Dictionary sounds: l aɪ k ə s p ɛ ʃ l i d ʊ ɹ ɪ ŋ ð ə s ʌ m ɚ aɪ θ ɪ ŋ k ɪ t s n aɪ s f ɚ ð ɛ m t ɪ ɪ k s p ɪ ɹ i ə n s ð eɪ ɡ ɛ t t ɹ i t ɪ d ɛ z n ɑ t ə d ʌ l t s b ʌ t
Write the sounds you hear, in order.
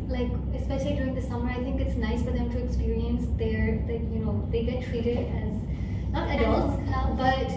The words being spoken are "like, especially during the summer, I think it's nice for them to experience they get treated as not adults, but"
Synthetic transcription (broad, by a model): l aɪ k ə s p ɛ ʃ l i d ʊ ɹ ɪ ŋ ð ə s ʌ m ɚ aɪ θ ɪ ŋ k ɪ t s n aɪ s f ɚ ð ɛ m t ɪ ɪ k s p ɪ ɹ i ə n s ð eɪ ɡ ɛ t t ɹ i t ɪ d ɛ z n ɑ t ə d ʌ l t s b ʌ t